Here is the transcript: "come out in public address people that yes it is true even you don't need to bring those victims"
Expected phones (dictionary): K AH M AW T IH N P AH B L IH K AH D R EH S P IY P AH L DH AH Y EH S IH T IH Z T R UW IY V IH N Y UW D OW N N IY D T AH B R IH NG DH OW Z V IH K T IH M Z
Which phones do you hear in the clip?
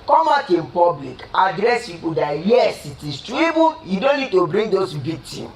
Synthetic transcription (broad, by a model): K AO M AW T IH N P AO B L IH K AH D R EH S P IY P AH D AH Y EH S IH T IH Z T R UW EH B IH Y UW D OW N N IY D T AH B R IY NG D OW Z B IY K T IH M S